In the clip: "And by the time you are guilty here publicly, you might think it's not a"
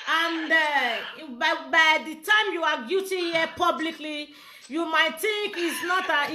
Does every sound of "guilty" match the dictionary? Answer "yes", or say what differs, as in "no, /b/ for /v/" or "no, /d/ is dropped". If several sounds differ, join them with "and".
no, /l/ is dropped